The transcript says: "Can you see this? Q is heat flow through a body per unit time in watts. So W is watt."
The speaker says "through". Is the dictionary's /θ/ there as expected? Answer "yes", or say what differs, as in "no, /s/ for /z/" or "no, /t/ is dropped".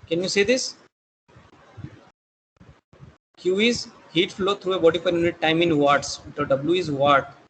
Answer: no, /t/ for /θ/